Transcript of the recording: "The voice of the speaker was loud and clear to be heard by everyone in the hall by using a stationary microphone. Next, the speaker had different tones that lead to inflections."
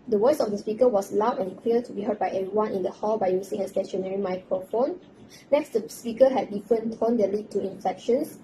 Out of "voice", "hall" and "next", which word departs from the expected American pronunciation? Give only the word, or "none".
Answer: voice